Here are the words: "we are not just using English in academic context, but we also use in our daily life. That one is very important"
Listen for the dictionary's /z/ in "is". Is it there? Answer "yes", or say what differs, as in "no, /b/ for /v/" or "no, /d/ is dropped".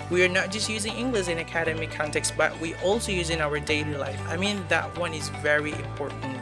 yes